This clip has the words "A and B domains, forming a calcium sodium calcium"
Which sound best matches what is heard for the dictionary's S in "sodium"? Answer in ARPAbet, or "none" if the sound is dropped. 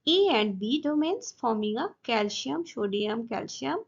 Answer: SH